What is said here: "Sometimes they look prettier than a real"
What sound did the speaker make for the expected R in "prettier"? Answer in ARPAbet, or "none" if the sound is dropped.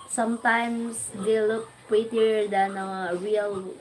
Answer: none